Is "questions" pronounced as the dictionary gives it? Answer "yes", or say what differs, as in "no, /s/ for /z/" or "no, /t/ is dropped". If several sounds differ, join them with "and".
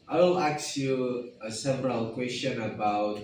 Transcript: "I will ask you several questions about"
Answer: no, /z/ is dropped